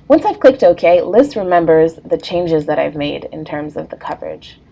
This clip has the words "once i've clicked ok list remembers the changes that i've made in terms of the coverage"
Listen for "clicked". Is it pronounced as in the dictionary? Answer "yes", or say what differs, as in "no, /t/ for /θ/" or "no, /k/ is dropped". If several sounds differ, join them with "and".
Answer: yes